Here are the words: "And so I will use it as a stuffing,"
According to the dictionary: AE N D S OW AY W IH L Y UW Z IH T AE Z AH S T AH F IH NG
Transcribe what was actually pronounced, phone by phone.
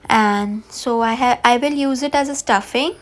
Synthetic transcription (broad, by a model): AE N D S OW AY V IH L Y UW Z IH T AE Z AH S T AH F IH NG